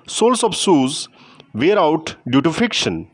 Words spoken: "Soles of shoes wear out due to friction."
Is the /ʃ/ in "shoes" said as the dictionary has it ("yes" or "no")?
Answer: no